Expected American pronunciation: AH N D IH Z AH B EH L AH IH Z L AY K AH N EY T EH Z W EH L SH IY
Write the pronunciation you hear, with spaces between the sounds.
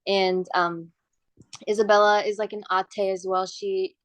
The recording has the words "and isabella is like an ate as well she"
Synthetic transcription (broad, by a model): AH N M IH Z AH B EH L AH IH Z L AY K AH N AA T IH Z W EH L SH IY